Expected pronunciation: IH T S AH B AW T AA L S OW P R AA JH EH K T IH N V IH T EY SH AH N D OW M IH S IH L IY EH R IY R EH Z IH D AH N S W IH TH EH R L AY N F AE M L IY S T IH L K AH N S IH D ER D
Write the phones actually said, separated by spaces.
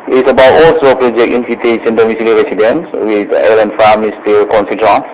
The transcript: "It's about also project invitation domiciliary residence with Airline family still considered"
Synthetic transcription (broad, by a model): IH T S AH B AW T AA L S OW P R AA JH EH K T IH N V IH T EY S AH N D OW M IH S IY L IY R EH S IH D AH N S W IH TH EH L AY N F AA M IY S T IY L K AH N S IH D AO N